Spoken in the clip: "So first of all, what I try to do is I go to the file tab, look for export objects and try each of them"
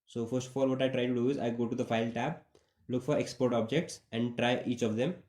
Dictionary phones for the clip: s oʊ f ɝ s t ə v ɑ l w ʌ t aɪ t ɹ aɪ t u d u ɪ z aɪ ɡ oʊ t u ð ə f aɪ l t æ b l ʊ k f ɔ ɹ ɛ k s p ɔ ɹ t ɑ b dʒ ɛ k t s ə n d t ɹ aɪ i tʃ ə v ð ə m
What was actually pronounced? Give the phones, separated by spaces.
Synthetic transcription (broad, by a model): s oʊ f ɝ s t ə f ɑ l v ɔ t aɪ t ɹ aɪ t u d u ɪ z aɪ ɡ oʊ t u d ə f aɪ l t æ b l ʊ k f ɔ ɹ ɛ k s p ɔ ɹ t ɑ b dʒ ɛ k t s ə n d t ɹ aɪ i tʃ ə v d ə m